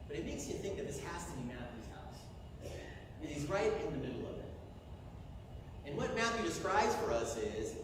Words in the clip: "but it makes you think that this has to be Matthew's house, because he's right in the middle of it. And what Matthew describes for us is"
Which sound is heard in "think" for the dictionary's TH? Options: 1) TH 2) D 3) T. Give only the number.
1